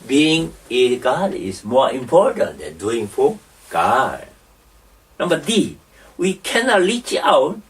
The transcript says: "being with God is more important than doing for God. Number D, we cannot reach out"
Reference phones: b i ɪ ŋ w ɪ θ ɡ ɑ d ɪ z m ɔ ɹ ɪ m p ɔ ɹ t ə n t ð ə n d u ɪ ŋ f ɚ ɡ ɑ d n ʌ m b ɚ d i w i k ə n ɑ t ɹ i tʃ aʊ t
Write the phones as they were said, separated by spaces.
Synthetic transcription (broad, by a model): b i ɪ ŋ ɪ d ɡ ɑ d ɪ s m ɔ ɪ m p ɔ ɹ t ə n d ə n d u ɪ ŋ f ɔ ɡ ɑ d n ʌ m b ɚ d i w i k ə n ɑ t l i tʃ aʊ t